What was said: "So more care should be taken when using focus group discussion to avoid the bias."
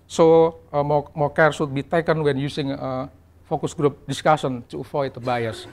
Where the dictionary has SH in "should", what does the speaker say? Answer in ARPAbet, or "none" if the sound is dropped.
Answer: S